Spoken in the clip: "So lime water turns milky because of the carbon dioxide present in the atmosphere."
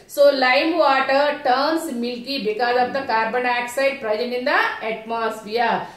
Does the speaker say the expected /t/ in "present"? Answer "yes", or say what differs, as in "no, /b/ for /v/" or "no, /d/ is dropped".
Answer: no, /t/ is dropped